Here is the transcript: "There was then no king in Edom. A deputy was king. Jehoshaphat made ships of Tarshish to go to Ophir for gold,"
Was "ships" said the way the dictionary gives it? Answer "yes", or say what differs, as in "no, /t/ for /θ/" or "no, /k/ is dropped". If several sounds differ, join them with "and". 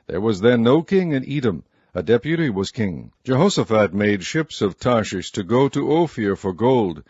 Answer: yes